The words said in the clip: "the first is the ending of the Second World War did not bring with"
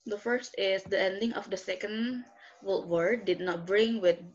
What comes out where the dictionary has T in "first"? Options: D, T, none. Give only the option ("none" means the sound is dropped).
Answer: T